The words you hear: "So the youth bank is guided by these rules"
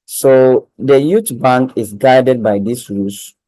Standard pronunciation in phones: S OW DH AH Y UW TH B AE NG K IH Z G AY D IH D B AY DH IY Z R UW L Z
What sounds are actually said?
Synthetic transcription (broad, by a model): S OW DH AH Y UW T B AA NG K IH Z G AY D IH D B AY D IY S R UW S